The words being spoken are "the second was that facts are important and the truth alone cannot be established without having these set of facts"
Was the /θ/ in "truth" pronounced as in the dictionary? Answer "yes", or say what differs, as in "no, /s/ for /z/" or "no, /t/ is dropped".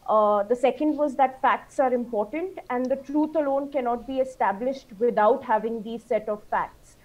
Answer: no, /t/ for /θ/